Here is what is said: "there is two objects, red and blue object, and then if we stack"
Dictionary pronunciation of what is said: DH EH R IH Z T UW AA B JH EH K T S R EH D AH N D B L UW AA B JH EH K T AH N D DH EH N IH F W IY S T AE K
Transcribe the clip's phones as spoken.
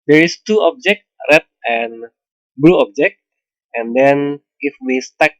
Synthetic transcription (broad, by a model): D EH R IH S T UW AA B JH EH K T R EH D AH N B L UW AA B JH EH K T AH N D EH N IH F W IY S T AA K